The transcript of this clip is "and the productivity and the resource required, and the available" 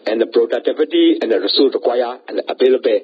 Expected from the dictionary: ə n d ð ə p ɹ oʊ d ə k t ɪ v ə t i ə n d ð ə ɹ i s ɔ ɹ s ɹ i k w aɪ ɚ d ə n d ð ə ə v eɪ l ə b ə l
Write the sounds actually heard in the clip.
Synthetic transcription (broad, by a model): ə n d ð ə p ɹ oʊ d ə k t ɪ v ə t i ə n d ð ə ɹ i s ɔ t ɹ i k w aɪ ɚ ə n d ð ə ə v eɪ l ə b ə